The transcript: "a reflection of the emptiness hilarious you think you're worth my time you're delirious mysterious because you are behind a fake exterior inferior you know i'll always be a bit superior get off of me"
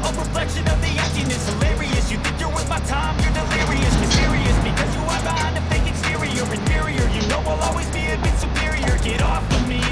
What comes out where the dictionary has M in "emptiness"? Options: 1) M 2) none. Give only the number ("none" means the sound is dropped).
2